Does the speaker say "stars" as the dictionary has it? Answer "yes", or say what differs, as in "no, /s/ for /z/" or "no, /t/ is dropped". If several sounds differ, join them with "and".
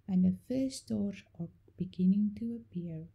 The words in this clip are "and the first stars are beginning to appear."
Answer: no, /z/ is dropped